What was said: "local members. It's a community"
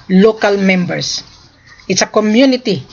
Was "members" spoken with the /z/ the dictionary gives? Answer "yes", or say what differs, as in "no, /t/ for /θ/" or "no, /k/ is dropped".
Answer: no, /s/ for /z/